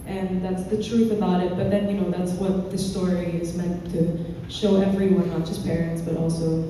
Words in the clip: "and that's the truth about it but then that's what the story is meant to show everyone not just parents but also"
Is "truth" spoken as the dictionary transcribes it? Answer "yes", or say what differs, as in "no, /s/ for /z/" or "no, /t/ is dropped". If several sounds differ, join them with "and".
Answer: yes